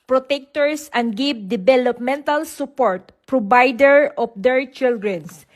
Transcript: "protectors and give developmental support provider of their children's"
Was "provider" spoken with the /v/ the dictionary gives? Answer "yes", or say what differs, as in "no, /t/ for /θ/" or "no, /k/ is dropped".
no, /b/ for /v/